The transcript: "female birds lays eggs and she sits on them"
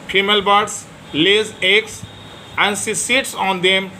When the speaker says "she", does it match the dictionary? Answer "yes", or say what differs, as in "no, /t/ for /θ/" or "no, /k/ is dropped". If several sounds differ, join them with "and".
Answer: no, /s/ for /ʃ/